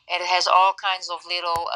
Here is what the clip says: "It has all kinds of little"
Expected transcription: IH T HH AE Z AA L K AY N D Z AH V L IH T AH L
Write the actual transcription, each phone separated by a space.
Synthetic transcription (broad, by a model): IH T HH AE Z AA L K AY N D Z AH V L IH T L